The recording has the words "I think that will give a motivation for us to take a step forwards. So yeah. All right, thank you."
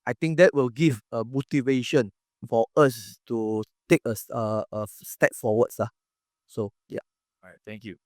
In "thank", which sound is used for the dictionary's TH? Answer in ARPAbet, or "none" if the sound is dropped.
T